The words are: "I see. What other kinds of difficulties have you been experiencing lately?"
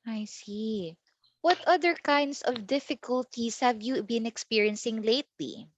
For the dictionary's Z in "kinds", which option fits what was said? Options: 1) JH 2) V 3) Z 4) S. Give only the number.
4